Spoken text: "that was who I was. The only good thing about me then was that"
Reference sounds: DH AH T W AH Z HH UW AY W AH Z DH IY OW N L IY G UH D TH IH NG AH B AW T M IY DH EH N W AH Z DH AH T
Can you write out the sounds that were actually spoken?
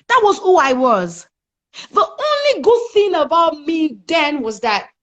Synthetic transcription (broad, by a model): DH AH T W AH Z HH UW AY W AH Z DH IY OW N L IY G UH D TH IH NG AH B AW T M IY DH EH N W AH Z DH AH T